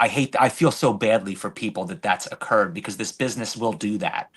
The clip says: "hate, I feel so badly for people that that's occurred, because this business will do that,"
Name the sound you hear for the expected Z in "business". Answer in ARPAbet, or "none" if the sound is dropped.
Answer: Z